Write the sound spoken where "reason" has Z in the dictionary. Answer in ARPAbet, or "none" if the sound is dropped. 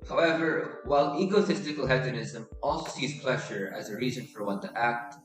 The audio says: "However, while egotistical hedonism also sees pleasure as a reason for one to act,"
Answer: Z